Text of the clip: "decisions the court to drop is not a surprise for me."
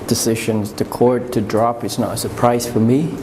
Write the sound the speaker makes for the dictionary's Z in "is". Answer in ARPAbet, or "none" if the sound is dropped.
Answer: S